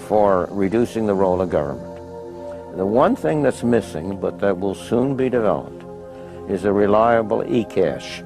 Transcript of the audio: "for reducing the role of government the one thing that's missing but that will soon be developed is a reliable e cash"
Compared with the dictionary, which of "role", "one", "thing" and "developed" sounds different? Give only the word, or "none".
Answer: none